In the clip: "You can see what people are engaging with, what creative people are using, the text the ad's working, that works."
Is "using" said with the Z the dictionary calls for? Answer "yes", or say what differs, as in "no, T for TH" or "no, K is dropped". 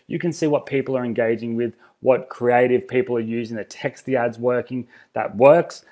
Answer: yes